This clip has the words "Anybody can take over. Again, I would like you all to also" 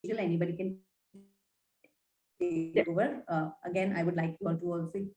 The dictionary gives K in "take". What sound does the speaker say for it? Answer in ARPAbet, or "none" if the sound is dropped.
none